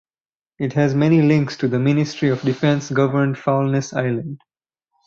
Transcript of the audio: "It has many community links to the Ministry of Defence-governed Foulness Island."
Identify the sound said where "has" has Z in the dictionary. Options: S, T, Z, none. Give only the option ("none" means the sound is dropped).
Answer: Z